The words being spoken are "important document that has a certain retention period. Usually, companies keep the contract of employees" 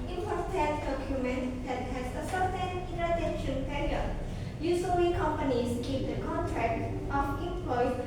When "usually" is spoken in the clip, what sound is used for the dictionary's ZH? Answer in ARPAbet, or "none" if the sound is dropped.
S